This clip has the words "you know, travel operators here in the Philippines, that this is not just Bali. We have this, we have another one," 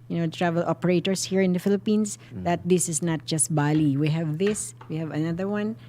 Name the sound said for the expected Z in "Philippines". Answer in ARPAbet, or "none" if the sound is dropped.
S